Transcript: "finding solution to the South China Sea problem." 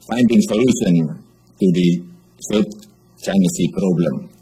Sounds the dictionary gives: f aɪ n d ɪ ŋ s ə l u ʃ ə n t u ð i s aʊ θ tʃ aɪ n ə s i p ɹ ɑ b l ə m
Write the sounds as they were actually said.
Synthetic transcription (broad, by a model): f aɪ n d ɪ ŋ s ə l u ʃ ə n t u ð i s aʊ t tʃ aɪ n ə s i p ɹ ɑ b l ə m